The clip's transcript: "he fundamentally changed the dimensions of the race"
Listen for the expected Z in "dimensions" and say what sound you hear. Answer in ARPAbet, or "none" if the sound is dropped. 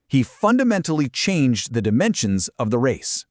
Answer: Z